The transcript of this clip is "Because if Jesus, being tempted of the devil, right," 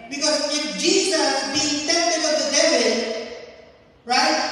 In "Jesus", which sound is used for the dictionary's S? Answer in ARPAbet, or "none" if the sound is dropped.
none